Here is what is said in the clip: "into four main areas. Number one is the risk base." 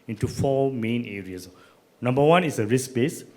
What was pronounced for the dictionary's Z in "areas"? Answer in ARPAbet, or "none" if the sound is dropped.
S